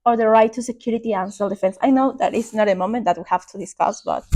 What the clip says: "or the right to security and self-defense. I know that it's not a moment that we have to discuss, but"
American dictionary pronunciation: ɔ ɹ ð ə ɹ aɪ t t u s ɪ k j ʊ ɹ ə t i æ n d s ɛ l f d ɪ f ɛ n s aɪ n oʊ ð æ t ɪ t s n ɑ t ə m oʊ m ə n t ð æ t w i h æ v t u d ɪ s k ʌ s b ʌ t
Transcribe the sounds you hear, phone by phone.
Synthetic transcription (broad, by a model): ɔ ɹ ð ə ɹ aɪ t t u s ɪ k j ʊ ɹ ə t i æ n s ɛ l d ɪ f ɛ n s aɪ n oʊ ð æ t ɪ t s n ɑ t ə m oʊ m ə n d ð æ t w i h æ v t u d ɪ s k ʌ s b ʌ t